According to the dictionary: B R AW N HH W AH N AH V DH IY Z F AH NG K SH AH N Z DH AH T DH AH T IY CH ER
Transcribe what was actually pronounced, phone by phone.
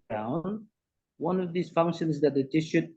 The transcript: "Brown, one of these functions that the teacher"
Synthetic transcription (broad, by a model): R AW N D W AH N AH V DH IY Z F AH NG K SH AH N Z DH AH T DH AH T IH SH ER